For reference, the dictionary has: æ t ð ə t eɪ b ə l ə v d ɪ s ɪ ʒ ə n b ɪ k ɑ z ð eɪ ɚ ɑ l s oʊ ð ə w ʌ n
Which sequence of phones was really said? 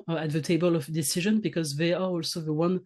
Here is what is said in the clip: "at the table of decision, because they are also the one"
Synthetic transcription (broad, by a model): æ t ð ə t eɪ b ə l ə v d ɪ s ɪ ʒ ə n b ɪ k ɑ z ð eɪ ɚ ɑ l s oʊ ð ə w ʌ n